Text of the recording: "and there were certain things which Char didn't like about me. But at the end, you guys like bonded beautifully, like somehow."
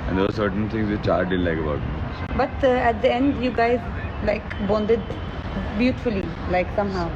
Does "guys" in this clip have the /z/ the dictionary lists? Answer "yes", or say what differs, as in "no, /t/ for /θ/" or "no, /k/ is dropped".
yes